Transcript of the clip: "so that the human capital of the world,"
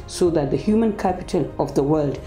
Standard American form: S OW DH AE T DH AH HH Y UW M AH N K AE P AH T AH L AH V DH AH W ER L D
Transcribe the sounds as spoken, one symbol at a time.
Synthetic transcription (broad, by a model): S OW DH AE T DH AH HH Y UW M AH N K AE P AH T AH L AH V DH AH W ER L D